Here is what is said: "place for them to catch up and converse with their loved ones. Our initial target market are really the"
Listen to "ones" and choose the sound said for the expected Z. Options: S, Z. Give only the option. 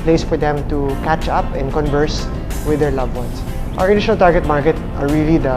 S